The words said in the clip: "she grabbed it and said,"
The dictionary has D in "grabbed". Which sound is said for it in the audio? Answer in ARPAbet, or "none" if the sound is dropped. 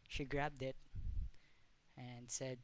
D